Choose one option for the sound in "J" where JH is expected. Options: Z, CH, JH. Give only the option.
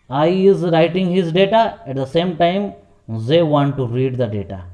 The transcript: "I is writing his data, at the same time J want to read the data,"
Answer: Z